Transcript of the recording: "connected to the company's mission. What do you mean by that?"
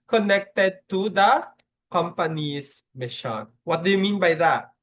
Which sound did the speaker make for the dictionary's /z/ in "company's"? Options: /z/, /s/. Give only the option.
/s/